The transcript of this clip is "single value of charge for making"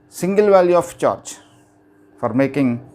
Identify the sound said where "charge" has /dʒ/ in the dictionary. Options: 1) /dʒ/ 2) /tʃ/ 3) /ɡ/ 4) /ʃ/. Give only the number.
2